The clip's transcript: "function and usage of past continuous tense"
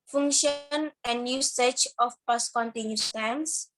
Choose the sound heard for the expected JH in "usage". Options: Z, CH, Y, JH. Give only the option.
CH